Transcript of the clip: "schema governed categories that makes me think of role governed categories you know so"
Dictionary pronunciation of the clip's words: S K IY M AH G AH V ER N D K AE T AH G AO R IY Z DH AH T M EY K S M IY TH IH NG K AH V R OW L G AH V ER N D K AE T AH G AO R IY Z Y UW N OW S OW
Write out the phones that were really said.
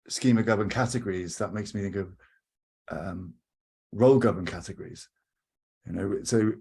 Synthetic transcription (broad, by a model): S K IY M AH G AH B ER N K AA T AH G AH R IY Z DH AH T M EY K S M IY TH IH NG K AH V R OW L G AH B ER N K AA T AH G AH R IY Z Y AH N OW S OW